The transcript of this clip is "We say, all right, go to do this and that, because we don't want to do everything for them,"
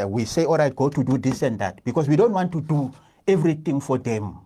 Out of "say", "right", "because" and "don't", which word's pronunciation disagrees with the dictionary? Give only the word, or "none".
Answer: because